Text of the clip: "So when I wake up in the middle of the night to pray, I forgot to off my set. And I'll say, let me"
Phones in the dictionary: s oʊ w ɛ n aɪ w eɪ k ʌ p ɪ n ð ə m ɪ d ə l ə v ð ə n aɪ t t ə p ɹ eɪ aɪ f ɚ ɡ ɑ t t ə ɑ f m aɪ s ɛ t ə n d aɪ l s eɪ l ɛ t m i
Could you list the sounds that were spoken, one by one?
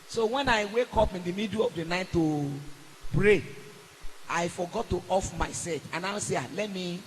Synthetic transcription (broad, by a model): s oʊ w ɛ n aɪ w eɪ k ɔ p ɪ n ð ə m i d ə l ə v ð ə n aɪ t t ə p ɹ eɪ aɪ f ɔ ɡ ɑ t t ɑ f m aɪ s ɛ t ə n aɪ w s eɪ l ɛ t m i